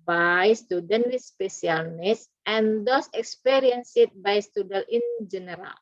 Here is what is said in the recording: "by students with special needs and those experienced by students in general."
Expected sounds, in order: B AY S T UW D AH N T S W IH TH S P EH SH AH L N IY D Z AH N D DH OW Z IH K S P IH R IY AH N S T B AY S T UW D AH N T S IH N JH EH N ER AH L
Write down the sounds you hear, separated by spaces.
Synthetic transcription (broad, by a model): B AY S T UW D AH N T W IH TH S P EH S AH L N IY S AH N D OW S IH K S P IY R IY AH N S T B AY S T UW D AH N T IH N JH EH N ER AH L